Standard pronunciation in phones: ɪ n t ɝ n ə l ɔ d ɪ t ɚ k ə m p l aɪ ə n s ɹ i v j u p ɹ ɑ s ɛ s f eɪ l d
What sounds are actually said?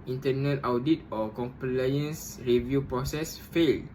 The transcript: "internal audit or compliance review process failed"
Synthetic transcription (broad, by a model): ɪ n t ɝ n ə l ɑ d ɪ t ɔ k ə m p l aɪ ə n s ɹ i v j u p ɹ ɑ s ɛ s f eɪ l